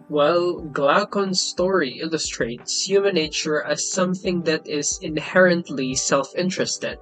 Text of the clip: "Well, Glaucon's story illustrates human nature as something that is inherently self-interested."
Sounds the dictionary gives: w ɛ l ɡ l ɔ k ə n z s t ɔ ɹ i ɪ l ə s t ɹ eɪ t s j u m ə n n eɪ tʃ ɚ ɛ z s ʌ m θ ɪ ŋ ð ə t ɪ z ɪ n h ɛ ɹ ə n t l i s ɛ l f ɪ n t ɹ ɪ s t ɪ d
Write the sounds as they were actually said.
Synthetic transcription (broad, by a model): w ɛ l ɡ l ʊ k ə n s t ɔ ɹ i ɪ l ə s t ɹ eɪ t s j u m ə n n eɪ tʃ ɚ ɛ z s ʌ m θ ɪ ŋ ð ə t ɪ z ɪ n h ɛ ɹ ə n t l i s ɛ l f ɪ n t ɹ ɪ s t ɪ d